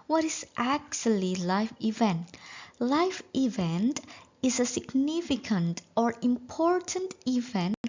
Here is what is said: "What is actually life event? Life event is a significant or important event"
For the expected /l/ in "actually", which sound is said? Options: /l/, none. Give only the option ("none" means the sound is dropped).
/l/